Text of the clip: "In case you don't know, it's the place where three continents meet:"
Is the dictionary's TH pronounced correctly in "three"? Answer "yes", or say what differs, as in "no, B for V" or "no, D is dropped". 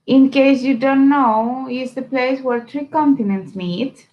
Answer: no, T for TH